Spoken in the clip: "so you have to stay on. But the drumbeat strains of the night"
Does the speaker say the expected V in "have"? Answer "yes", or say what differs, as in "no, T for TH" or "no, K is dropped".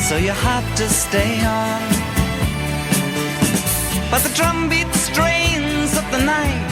no, F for V